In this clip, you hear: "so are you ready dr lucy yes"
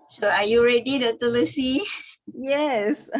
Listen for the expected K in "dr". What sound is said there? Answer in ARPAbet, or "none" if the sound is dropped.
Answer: none